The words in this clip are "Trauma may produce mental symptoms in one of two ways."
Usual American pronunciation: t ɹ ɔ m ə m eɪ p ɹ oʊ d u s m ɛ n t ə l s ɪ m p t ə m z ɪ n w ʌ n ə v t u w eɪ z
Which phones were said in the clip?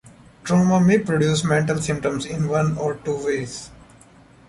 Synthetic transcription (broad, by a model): t ɹ ɔ m ə m eɪ p ɹ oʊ d u s m ɛ n t ə l s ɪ m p t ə m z ɪ n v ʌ n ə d t u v eɪ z